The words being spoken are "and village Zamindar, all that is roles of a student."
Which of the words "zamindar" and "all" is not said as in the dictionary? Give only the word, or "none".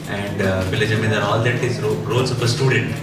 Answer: zamindar